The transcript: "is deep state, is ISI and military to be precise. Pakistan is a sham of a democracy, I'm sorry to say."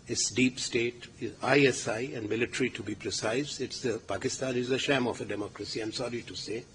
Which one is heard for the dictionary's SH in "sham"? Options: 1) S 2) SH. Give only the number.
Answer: 2